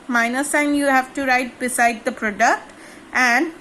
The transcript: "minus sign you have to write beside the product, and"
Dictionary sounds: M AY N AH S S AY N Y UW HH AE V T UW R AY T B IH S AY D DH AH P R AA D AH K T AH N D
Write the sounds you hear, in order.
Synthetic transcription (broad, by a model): M AY N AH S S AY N Y UW HH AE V T UW R AY T B IH S AY D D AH P R AA D AH K T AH N D